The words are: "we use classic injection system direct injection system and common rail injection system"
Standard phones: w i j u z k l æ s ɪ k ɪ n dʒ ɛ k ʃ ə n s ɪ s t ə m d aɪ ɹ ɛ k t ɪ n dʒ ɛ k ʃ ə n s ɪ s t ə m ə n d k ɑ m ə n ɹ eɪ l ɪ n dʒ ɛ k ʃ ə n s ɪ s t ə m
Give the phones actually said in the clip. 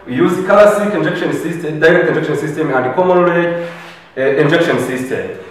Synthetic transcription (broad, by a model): j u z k ɑ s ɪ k ɪ n dʒ ɛ k ʃ ə n s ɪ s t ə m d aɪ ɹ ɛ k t ɪ n dʒ ɛ k ʃ ə n s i s t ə m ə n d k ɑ m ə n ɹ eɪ ɪ n dʒ ɛ k ʃ ə n s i s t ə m